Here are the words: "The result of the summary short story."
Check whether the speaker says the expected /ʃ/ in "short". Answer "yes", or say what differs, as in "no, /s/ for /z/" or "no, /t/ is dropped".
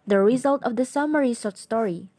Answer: no, /s/ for /ʃ/